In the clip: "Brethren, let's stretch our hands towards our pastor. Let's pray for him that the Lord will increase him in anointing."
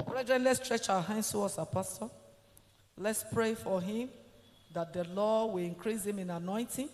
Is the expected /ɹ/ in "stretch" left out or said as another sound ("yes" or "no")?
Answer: no